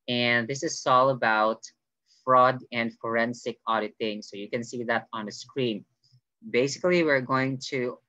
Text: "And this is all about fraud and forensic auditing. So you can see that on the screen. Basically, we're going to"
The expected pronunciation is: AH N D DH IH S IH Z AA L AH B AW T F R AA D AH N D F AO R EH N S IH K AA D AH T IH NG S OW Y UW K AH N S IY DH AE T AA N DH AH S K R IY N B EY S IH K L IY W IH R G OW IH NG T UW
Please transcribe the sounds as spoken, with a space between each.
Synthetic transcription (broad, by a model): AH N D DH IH S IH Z AA L AH B AW T F R AA D AH N D F AO R EH N S IH K AA D AH T IH NG S OW Y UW K AH N S IY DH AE T AA N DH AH S K R IY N B EY S IH K L IY W IH R G OW IH NG T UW